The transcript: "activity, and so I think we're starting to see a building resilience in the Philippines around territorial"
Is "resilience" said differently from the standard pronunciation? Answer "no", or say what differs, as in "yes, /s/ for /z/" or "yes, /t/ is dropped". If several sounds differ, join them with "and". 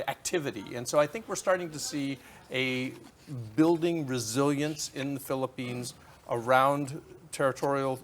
no